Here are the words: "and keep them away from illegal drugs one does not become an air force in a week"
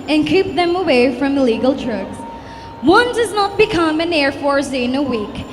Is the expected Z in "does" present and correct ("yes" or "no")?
yes